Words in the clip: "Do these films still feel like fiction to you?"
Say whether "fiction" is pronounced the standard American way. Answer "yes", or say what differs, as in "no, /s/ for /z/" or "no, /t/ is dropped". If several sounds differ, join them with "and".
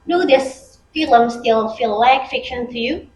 yes